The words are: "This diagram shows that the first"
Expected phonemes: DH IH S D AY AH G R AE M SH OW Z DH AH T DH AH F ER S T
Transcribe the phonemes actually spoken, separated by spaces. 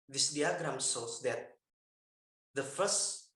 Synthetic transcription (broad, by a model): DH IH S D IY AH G R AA M S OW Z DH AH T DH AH F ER S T